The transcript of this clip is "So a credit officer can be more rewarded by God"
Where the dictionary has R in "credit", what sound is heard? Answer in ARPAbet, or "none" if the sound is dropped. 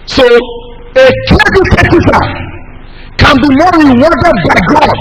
none